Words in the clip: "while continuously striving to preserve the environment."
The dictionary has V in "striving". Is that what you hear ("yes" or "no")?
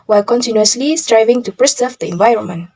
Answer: yes